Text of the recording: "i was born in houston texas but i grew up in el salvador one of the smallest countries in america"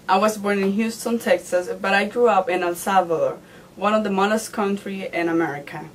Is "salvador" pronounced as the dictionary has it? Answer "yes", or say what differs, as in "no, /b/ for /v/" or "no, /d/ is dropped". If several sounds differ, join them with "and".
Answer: no, /l/ is dropped